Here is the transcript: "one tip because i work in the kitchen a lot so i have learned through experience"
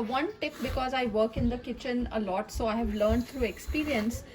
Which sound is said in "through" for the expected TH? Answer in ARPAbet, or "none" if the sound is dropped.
T